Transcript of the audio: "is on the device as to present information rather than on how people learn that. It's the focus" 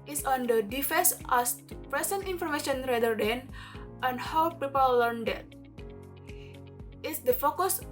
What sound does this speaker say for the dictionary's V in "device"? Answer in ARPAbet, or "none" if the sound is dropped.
F